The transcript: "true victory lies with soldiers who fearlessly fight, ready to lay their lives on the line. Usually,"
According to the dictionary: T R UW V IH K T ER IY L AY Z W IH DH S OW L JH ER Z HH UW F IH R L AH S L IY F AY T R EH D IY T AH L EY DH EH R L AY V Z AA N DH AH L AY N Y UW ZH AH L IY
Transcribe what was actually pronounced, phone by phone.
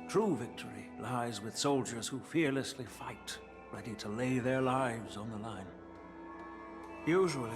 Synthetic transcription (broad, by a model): T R UW V IH K T ER IY L AY Z W IH DH S OW L JH ER Z HH UW F IH R L AH S L IY F AY T R EH D IY T AH L EY DH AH R L AY V Z N DH AH L AY N Y UW ZH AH L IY